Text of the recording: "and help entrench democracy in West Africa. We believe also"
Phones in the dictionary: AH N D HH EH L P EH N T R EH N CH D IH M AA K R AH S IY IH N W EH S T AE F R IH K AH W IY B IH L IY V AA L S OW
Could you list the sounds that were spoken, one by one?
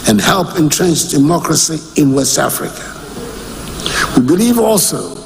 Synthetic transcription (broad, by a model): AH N HH EH L P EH N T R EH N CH D IH M AA K R AH S IY IH N W EH S T AE F R IH K AH W IY B IH L IY V AA L S OW